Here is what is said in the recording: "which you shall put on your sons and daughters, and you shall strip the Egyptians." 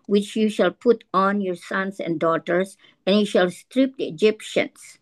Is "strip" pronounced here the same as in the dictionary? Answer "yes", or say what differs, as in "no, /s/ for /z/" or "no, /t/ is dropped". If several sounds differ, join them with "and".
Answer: yes